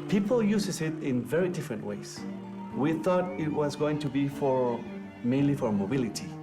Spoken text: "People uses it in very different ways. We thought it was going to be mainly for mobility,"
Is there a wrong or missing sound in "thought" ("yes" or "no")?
no